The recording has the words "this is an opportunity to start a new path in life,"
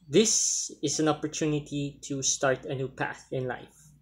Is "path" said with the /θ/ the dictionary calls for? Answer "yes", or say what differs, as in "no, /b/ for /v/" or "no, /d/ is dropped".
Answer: yes